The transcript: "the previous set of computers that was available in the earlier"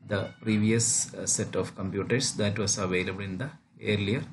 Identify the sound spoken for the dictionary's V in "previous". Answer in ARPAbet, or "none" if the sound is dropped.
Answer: V